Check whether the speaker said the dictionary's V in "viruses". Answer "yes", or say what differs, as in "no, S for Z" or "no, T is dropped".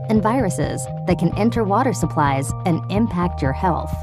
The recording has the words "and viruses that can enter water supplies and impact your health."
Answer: yes